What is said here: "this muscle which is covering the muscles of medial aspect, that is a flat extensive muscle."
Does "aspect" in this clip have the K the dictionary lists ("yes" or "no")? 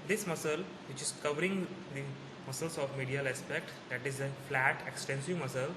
yes